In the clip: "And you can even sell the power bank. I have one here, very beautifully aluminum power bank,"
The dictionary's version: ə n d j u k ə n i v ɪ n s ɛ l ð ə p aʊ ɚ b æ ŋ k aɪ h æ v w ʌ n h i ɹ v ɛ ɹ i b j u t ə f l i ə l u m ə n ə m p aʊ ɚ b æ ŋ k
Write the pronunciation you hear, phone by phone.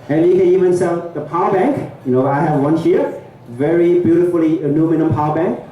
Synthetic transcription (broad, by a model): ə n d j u k ə n i v ɪ n s ɛ l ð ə p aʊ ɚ b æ ŋ k aɪ h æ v w ʌ n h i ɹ v ɛ ɹ i b j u t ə f l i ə n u m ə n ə m p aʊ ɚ b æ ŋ k